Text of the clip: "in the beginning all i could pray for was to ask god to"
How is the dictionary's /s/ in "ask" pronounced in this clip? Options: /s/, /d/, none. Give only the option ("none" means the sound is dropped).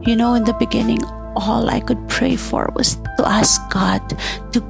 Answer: /s/